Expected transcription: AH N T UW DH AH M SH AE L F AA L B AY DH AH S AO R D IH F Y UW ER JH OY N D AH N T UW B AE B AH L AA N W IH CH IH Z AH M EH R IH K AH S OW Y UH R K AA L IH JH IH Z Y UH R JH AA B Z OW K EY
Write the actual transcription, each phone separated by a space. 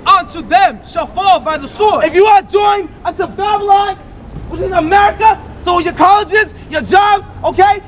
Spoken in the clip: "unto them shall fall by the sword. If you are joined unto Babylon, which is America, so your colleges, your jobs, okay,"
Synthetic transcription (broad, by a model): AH N T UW DH AH M SH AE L F AA L B AY DH AH S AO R IH F Y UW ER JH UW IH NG AH N T UW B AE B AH L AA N W IH CH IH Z AH M EH R IH K AH S OW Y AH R K AA L IH JH IH Z Y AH R JH AA B Z OW K EY